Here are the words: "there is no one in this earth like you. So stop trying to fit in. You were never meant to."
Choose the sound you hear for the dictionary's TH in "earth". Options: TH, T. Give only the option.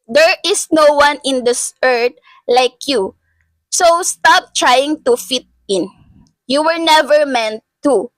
T